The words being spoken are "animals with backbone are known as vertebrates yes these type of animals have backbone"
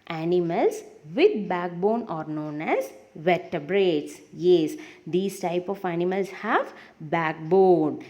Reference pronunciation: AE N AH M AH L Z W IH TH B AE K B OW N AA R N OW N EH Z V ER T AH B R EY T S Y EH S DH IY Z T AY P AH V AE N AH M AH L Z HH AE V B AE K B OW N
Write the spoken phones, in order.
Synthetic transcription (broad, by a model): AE N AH M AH L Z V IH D B AE K B OW N AA R N OW N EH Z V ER T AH B R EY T S Y EH S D IY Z T AY P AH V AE N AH M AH L S HH AE V B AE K B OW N